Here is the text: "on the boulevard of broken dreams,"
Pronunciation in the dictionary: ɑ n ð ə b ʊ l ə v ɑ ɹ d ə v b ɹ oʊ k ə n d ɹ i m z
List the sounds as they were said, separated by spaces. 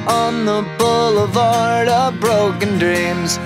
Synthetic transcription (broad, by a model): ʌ n ð ə b ʊ l ə v ɑ ɹ d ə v b ɹ oʊ k ə n d ɹ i m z